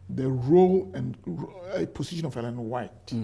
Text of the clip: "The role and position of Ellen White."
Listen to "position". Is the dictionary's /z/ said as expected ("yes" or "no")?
no